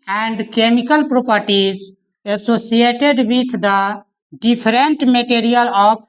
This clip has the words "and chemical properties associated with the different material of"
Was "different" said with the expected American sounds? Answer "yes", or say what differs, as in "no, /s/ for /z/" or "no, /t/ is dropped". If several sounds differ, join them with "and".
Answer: no, /p/ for /f/